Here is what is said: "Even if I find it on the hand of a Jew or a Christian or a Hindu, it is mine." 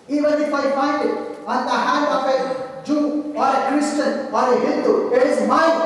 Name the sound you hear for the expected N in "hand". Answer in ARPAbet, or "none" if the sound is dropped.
none